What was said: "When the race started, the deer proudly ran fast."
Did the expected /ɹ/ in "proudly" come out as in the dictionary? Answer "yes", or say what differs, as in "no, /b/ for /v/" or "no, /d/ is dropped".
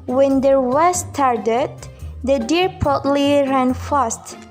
no, /ɹ/ is dropped